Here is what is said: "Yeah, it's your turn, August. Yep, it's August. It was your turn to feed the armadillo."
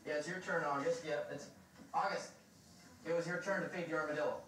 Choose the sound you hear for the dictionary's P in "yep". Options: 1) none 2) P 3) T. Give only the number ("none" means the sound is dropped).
1